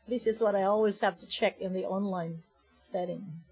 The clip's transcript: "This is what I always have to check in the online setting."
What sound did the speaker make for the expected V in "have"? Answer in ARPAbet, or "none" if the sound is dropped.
F